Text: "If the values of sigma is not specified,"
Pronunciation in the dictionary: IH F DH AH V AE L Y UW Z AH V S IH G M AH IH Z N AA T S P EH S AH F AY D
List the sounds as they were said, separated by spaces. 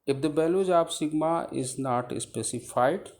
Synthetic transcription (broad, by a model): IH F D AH B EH L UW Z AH P S IH G M AH IH Z N AA T S P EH S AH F AY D